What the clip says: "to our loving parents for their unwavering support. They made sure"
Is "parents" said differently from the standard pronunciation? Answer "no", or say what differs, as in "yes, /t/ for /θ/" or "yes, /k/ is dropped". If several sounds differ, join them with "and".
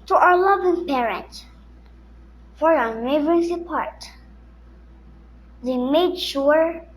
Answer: yes, /s/ is dropped